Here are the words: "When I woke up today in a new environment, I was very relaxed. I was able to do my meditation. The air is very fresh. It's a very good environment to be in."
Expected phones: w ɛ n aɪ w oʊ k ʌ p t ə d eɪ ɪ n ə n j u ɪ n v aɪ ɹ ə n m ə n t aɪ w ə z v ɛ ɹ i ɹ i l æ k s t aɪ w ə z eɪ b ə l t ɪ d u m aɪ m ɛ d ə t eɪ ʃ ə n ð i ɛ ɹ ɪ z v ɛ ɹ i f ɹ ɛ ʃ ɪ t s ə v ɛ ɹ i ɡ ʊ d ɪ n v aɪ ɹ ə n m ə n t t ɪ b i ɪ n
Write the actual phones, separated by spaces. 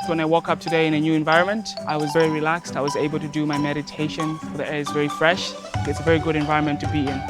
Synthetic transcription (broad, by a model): w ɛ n aɪ w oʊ k ʌ p t ə d eɪ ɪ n ə n j u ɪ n v aɪ ɹ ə n m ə n t aɪ w ə z v ɛ ɹ i ɹ i l æ k s t aɪ w ə z eɪ b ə l t ɪ d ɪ m aɪ m ɛ d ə t eɪ ʃ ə n ð i ɛ ɹ ɪ z v ɛ ɹ i f ɹ ɛ ʃ ɪ t s ə v ɛ ɹ i ɡ ʊ d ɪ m v aɪ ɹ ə n m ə n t t ɪ b i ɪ n